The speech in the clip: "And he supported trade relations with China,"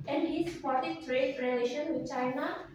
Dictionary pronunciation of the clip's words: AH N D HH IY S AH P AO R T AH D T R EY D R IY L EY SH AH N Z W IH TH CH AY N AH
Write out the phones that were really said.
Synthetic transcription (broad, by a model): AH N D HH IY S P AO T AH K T R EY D R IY L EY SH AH N W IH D CH AY N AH